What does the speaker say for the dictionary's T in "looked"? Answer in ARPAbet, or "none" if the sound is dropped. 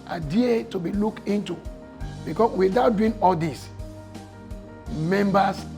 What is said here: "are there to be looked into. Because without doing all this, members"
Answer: none